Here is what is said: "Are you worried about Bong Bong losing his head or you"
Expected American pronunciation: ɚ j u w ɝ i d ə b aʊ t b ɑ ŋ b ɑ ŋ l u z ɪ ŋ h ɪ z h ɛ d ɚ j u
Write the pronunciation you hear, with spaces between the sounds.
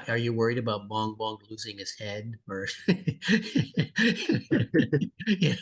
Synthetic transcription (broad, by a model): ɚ j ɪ w ɝ i d ə b aʊ t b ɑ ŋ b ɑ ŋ l u z ɪ ŋ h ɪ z h ɛ d ɚ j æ